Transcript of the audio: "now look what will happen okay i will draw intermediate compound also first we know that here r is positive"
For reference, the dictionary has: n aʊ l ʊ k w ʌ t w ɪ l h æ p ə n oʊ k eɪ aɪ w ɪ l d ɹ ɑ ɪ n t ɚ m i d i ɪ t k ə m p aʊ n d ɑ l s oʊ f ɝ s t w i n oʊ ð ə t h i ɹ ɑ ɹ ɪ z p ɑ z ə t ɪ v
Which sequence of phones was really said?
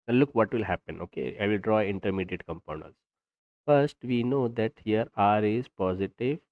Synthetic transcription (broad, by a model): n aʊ l ʊ k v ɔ t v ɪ l h æ p ə n oʊ k eɪ aɪ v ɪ l d ɹ ɑ ɪ n t ɚ m i d i ɪ t k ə m p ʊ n ʌ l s f ɝ s t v i n oʊ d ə t h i ɹ ɑ ɹ ɪ z p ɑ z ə t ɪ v